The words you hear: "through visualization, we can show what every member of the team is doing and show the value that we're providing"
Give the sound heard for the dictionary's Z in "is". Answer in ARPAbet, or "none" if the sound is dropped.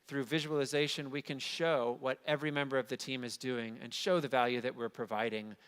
Z